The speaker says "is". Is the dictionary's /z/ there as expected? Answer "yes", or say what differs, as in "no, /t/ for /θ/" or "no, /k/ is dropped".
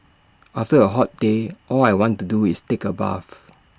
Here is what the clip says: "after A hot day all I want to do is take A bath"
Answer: no, /s/ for /z/